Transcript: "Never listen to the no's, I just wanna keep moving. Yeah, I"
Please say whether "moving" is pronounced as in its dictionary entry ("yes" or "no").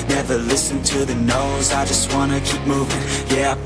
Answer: yes